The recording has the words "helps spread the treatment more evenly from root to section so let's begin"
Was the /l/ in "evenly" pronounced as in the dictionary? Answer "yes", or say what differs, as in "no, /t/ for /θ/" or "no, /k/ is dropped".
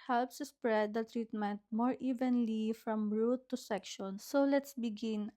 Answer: yes